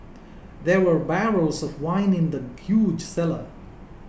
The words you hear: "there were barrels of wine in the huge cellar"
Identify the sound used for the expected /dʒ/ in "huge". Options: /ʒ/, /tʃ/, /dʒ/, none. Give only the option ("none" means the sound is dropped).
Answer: /dʒ/